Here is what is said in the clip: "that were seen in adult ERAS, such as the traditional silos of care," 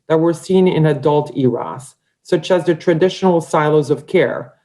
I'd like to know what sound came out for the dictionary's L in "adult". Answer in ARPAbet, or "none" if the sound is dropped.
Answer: L